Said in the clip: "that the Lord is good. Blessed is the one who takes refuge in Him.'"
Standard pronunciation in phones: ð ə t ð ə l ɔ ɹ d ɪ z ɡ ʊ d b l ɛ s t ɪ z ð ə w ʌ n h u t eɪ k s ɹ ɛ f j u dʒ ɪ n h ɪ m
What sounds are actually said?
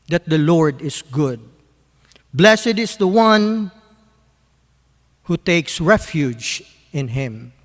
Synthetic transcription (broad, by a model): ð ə t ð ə l ɔ ɹ d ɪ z ɡ ʊ d b l ɛ s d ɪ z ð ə w ʌ n h u t eɪ k s ɹ ɛ f j u dʒ ɪ n h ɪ m